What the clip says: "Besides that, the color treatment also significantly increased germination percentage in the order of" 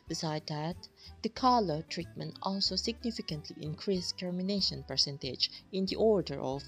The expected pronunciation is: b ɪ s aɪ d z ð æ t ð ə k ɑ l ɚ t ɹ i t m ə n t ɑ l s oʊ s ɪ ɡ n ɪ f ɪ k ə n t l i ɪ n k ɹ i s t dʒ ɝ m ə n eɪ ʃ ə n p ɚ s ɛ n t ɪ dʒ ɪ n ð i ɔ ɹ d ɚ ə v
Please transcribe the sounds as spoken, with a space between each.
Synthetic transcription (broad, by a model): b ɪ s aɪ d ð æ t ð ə k ɑ l ɚ t ɹ i t m ə n t ɑ l s oʊ s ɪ ɡ n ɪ f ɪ k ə n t l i ɪ n k ɹ i s t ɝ m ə n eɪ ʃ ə n p ɚ s ɛ n t ɪ dʒ ɪ n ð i ɔ ɹ d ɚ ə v